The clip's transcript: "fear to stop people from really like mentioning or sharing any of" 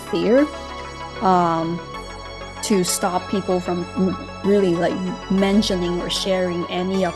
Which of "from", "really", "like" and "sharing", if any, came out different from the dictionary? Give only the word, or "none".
none